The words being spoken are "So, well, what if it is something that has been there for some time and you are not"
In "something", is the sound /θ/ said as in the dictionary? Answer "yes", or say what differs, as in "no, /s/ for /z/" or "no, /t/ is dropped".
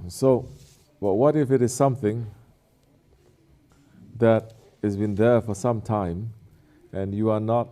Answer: yes